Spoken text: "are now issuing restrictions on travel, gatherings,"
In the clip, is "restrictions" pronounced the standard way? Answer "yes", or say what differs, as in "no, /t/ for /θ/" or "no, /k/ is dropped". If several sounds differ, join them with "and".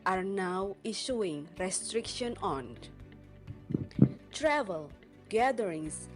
no, /z/ is dropped